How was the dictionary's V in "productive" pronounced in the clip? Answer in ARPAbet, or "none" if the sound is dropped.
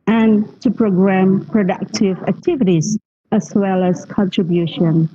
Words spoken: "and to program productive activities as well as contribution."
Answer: V